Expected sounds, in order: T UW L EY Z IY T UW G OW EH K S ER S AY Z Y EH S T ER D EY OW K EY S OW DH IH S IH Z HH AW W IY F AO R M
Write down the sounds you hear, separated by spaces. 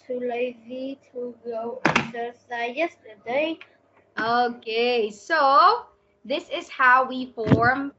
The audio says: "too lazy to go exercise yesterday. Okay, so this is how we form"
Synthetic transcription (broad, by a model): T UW L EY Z IY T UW G OW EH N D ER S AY Y EH S T ER D EY OW K EY S OW DH IH S IH Z HH AW W IY F AO R M